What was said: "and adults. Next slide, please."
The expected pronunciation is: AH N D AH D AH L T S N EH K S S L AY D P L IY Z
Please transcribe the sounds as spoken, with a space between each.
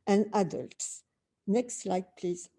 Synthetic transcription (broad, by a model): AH N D AH D AH L T S N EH K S S L AY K P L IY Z